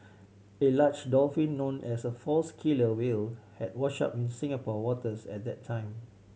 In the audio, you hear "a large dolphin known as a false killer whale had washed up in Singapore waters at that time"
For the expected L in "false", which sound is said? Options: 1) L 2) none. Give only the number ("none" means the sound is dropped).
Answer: 1